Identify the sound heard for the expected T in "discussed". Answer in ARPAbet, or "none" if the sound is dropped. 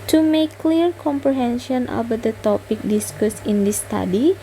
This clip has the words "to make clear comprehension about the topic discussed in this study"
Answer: none